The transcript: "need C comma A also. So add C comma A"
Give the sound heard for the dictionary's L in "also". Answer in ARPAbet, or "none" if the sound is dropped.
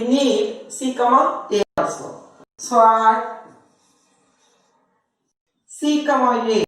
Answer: none